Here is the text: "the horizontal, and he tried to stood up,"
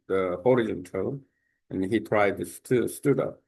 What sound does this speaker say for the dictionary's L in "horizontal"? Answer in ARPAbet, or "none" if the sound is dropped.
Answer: N